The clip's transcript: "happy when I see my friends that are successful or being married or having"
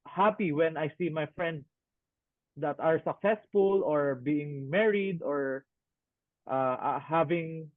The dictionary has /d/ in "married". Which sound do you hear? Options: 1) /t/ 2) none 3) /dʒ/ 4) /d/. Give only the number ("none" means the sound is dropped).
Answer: 4